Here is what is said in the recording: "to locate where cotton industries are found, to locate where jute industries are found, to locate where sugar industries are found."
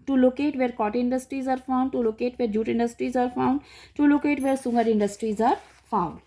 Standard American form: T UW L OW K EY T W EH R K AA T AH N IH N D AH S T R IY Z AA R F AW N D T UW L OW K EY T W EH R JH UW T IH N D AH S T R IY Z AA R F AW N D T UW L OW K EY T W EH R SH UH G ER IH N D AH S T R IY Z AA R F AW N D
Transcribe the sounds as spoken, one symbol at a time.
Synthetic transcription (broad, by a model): T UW L OW K EY T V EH R K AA T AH IH N D AH S T R IY Z AA R F AW N D T UW L OW K EY T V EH R JH UW T IH N D AH S T R IY Z AA R F AW N D T UW L OW K EY T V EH R S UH G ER IH N D AH S T R IY Z AA R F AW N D